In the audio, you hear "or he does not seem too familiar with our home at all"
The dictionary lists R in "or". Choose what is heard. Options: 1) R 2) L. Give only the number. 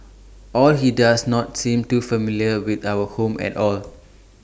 2